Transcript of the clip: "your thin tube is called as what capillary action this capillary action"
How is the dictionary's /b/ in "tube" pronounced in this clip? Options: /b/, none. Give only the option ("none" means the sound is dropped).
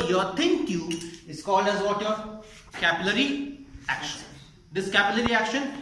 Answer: none